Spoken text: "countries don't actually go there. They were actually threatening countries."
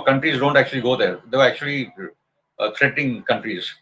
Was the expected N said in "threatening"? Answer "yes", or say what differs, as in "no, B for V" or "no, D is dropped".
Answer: no, N is dropped